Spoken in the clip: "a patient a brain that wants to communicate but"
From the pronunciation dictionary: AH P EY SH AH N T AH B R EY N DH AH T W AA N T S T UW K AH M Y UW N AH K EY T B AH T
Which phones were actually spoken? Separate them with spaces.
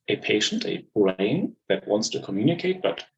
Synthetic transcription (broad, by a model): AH P EY SH AH N T AH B R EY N DH AH T W AA N T S T UW K AH M Y UW N AH K EY T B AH T